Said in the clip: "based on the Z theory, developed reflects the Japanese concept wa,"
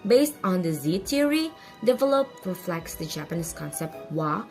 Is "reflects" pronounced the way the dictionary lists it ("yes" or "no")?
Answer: yes